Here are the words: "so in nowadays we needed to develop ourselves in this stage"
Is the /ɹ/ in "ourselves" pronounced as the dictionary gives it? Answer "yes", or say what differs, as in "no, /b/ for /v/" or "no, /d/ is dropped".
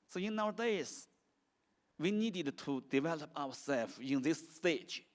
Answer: no, /w/ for /ɹ/